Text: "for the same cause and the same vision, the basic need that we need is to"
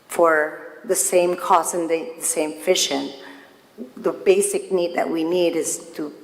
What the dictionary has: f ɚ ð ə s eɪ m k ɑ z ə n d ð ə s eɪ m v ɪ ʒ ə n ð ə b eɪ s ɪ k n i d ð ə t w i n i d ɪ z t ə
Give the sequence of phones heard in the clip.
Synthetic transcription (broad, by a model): f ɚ ð ə s eɪ m k ɑ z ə n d ð ə s eɪ m f ɪ ʃ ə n ð ə b eɪ s ɪ k n i d ð ə t w i n i d ɪ z t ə